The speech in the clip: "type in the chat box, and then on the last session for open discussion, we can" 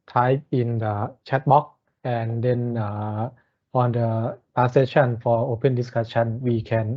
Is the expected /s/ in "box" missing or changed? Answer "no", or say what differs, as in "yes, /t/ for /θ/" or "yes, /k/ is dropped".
yes, /s/ is dropped